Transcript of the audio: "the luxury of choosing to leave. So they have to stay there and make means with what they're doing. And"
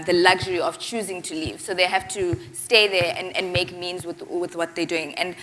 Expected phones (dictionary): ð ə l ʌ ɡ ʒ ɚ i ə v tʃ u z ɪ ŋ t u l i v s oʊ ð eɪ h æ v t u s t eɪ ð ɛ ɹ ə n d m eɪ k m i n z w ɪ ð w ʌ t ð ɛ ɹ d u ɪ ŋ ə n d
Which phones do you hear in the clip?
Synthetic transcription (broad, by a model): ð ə l ʌ ɡ ʒ ɚ i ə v tʃ u z ɪ ŋ t u l i v s oʊ ð eɪ h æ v t u s t eɪ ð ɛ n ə n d m eɪ k m i n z w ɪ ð w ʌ t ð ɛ d u ɪ ŋ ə n d